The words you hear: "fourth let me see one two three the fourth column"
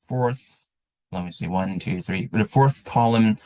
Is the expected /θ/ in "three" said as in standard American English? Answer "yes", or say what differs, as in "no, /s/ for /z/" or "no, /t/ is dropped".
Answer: yes